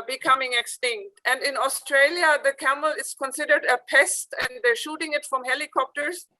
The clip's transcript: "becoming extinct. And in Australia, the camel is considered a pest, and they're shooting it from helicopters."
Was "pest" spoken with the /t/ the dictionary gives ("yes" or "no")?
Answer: yes